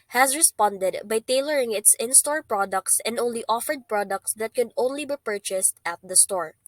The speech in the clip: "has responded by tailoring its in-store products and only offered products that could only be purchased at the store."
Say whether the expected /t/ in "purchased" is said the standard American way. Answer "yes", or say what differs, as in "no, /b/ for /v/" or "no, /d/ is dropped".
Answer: yes